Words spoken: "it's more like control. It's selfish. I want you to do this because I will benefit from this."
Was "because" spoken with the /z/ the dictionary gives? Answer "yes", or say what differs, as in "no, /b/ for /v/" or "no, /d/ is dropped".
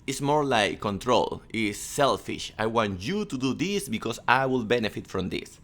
no, /s/ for /z/